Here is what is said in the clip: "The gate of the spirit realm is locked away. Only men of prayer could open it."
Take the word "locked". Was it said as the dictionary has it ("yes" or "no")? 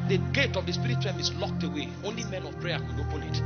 yes